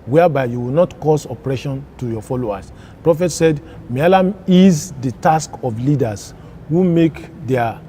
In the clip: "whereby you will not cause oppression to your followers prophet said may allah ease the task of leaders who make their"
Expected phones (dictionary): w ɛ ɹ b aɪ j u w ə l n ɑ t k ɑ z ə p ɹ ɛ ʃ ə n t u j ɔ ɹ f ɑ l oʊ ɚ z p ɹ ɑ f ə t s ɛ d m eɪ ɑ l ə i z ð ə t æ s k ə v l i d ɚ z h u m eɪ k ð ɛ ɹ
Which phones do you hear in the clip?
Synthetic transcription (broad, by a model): w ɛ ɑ b aɪ j u w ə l n ɑ t k ɑ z ə p ɹ ɛ ʃ ə n t u j ɔ f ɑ l oʊ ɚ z p ɹ ɑ f ə t s ɛ d m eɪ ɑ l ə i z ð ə t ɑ s k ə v l i d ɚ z h u m eɪ k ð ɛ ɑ